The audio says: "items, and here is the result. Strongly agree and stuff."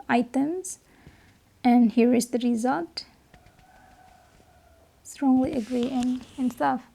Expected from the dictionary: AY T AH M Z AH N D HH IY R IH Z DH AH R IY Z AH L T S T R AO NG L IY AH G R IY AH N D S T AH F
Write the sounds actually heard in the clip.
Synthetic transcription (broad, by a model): AY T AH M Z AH N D HH IY R IH Z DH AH R IY Z AH L T S T R AO NG L IY AH G R IY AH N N S T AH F